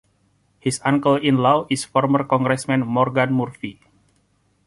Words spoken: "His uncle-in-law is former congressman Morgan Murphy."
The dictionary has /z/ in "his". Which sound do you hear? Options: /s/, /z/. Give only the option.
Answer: /s/